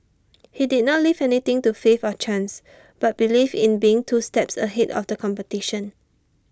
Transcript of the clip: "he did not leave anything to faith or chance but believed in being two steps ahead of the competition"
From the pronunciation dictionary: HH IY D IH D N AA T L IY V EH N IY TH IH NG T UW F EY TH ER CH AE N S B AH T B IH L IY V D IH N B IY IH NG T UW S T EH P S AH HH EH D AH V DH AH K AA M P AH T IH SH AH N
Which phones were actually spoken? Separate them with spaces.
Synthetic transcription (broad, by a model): HH IY D IH D N AA T L IY V EH N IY T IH NG T UW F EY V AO CH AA N S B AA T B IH L IY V IH N B IY IH NG T UW S T EH P S AH HH EH D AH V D AH K AA M P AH T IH SH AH N